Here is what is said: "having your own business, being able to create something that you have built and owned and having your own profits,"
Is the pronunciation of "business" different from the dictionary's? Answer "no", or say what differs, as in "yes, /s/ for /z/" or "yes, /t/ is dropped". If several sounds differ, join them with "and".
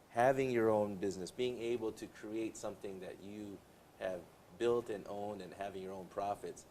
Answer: no